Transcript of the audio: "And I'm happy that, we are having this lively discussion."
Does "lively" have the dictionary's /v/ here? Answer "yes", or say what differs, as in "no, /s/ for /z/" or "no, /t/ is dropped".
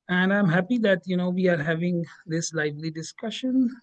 yes